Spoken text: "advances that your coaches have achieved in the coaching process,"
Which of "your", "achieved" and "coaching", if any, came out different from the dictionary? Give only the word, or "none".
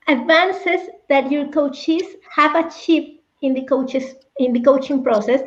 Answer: achieved